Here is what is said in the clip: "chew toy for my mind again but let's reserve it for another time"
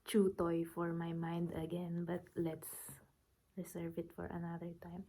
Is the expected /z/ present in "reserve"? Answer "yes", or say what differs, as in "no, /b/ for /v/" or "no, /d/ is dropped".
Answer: no, /s/ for /z/